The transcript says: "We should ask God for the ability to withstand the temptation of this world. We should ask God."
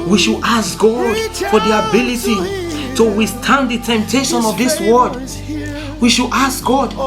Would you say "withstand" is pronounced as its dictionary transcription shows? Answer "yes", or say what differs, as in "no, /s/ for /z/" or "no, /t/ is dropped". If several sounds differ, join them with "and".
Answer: no, /s/ is dropped